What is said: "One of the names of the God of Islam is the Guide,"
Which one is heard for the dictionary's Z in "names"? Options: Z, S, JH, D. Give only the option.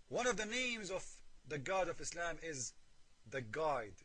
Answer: Z